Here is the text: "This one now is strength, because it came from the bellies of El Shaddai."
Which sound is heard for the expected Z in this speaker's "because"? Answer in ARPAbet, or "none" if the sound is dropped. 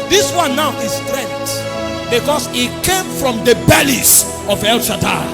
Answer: S